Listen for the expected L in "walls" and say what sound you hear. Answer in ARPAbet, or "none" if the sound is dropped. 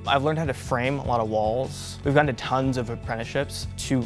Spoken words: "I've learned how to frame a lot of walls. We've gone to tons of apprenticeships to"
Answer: L